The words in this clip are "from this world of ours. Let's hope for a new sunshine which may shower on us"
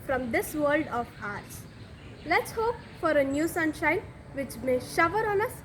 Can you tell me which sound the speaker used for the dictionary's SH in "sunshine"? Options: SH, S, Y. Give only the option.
SH